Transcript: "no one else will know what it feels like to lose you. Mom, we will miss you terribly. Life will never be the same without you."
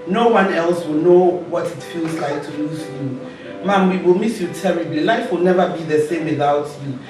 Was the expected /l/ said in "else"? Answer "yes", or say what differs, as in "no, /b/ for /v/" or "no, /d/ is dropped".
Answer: yes